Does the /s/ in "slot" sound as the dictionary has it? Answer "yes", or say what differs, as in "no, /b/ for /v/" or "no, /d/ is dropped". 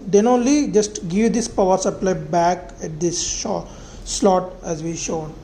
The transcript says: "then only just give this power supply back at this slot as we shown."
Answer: no, /ʃ/ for /s/